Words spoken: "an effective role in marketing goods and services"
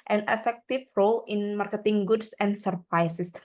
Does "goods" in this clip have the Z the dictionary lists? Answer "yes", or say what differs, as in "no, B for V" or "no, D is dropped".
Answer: no, S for Z